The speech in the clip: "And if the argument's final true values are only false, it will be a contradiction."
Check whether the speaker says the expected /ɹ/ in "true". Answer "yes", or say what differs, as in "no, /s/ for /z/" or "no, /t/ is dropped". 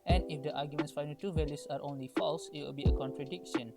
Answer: no, /ɹ/ is dropped